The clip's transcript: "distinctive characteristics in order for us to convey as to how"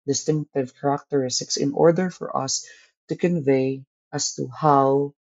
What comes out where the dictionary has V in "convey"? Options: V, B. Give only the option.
V